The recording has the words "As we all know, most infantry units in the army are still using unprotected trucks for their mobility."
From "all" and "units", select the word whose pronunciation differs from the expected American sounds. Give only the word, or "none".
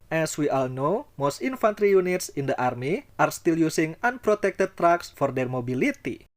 none